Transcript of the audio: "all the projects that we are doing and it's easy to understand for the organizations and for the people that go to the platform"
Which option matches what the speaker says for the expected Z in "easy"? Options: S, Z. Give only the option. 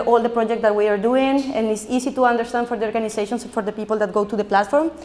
S